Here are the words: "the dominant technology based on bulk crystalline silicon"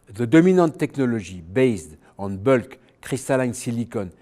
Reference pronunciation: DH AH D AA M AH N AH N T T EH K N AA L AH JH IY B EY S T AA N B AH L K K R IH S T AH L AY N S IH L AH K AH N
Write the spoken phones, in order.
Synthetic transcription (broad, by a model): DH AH D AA M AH N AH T T EH K N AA L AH ZH IY B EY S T AA N B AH L K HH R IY S T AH L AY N S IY L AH K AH N